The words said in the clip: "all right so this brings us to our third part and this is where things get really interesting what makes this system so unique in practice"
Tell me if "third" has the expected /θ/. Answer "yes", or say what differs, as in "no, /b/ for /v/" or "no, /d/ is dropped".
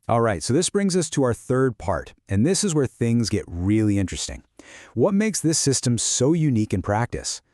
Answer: yes